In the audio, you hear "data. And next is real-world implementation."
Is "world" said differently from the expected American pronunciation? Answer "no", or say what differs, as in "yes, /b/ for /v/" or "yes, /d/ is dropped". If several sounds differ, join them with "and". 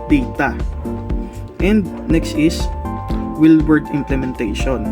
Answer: yes, /l/ is dropped